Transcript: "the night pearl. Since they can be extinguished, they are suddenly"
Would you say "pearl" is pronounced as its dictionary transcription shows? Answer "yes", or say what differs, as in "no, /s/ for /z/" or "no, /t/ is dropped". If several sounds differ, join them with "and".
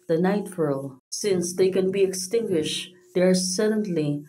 no, /f/ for /p/